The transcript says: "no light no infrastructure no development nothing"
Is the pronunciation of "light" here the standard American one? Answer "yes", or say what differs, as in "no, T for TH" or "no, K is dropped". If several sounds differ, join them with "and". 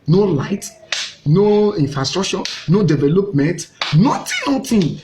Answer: yes